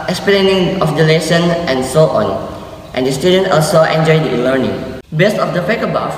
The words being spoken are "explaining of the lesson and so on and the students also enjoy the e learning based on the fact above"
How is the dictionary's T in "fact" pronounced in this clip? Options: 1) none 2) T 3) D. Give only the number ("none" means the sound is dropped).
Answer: 1